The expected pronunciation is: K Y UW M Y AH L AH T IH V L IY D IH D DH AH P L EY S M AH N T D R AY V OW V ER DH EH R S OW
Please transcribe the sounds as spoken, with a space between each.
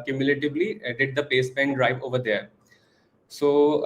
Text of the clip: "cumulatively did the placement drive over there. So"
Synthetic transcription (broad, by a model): K Y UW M Y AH L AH T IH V L IY D IH D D AH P EY S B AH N D R AY V OW V ER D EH R S OW